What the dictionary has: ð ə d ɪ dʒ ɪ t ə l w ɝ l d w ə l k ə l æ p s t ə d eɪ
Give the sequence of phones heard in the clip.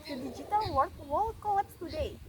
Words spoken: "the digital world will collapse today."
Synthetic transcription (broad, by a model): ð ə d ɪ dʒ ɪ t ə l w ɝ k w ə l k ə ʌ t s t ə d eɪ